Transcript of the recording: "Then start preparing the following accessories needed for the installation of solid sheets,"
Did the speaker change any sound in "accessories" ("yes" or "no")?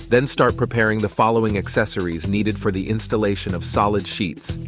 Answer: no